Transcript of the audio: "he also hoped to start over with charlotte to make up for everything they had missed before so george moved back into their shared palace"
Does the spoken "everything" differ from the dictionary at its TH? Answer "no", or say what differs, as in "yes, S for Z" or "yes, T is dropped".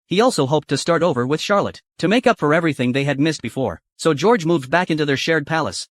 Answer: no